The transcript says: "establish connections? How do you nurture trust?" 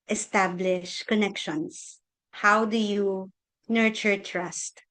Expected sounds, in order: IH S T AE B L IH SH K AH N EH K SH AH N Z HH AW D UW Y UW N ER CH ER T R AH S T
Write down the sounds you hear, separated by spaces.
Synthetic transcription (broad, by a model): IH S T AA B L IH SH K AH N EH K SH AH N S HH AW D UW Y UW N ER CH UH T R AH S T